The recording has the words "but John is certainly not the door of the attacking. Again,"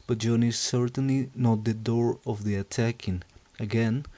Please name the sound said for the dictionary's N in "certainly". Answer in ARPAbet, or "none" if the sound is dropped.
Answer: N